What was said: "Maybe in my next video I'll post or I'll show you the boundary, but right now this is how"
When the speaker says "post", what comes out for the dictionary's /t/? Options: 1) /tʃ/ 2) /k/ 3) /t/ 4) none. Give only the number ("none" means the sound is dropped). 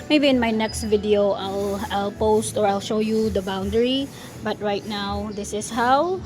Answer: 3